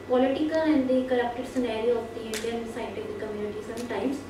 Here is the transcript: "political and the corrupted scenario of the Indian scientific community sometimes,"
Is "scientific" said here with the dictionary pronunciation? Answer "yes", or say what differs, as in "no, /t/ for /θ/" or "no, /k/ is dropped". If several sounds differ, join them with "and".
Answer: no, /n/ is dropped